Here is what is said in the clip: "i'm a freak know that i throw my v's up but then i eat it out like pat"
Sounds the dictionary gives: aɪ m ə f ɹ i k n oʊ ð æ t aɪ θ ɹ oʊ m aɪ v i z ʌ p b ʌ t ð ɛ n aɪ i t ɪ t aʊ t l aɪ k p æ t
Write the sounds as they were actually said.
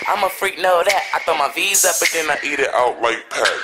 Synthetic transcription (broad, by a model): aɪ m ə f ɹ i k n oʊ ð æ t aɪ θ oʊ m aɪ v i z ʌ b ʌ t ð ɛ n aɪ i t ɪ t aʊ t l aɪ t p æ